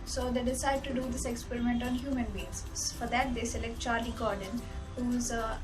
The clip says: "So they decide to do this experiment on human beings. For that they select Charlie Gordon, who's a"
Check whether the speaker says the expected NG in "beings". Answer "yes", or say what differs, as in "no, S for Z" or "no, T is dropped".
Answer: no, NG is dropped